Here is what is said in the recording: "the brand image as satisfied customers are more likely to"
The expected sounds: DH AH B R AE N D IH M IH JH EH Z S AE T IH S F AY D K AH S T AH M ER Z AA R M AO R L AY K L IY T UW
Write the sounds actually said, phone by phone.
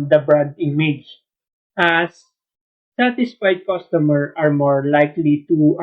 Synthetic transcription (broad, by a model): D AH B R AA D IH M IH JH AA S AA T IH S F AY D K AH S T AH M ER AA R M AO R L AY K L IY T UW